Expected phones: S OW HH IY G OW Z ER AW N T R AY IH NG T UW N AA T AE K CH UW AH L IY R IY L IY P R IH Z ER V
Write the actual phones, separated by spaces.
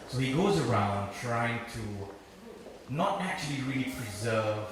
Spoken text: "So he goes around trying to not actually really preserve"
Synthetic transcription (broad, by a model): S OW HH IY G OW Z ER AW N T R AY IH NG T UW N AA T AE K CH UW AH L IY R IY L IY P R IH Z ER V